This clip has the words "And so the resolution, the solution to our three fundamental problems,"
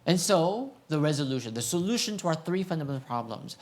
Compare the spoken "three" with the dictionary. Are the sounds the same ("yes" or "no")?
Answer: yes